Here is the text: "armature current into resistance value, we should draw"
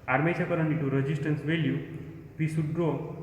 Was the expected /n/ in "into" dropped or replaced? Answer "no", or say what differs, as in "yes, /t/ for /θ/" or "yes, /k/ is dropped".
yes, /n/ is dropped